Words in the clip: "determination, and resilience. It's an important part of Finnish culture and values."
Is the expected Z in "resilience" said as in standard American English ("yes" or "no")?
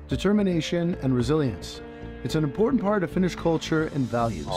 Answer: yes